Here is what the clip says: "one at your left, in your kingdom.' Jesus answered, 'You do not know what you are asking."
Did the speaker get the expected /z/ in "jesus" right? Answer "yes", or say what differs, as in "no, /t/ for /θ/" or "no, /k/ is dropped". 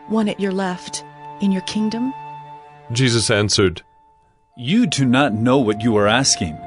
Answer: yes